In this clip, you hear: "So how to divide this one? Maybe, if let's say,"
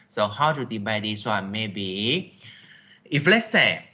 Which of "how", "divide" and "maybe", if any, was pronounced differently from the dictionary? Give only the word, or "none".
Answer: divide